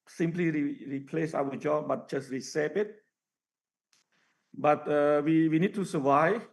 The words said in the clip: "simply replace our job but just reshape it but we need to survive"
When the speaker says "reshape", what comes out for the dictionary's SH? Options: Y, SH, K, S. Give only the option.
S